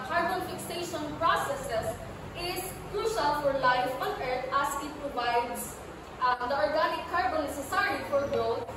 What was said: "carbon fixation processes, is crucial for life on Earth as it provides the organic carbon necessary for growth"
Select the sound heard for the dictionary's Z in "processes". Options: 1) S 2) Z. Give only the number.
1